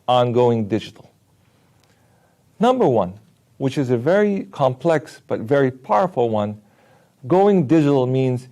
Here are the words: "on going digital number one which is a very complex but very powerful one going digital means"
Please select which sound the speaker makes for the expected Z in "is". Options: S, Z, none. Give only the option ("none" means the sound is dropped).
Z